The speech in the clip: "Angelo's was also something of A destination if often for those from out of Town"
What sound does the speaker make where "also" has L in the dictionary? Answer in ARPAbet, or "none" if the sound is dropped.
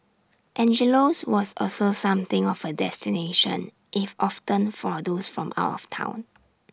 L